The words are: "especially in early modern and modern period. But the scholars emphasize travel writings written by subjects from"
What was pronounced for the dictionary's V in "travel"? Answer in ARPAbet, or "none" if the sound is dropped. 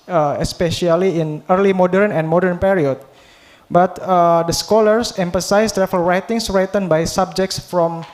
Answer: F